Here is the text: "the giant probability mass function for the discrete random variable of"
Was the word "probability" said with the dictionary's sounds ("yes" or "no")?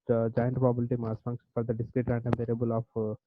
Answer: no